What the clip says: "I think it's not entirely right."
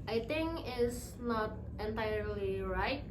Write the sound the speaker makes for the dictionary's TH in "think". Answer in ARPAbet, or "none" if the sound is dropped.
T